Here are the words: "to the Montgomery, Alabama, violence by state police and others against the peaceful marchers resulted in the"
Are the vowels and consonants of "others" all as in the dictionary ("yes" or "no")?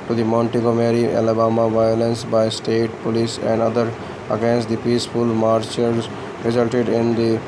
no